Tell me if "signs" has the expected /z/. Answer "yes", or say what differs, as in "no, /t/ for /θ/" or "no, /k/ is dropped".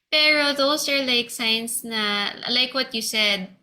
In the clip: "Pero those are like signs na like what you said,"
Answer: no, /s/ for /z/